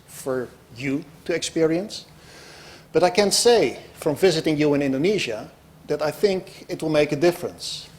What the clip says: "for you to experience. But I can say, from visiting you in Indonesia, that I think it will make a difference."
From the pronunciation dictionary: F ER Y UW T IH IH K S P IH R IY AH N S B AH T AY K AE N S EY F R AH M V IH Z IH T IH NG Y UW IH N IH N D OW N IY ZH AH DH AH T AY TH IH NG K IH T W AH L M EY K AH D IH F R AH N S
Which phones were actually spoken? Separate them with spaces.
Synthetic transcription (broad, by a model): F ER Y UW T IH IH K S P IH R IY AH N S B AH T AY K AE N S EY F R AH M V IH Z IH T IH NG Y UW IH N IH N D OW N IY ZH AH DH AH T AY TH IH NG K IH T W AH L M EY K AH D IH F R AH N S